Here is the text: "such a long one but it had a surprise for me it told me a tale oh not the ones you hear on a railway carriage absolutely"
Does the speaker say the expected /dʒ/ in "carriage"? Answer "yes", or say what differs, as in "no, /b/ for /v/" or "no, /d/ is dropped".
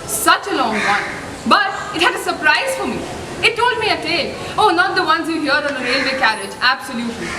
yes